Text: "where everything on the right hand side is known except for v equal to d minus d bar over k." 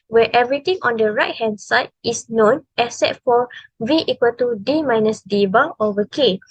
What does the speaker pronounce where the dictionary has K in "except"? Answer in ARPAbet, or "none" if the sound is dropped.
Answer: none